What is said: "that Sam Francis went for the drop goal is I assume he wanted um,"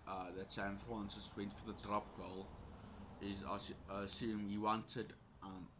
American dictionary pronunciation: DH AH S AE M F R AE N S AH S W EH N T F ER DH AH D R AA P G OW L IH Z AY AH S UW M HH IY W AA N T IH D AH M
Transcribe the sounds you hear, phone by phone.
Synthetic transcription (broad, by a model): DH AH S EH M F AH N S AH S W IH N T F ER DH AH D R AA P G OW L IH Z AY AH S UW M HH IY W AA N T IH D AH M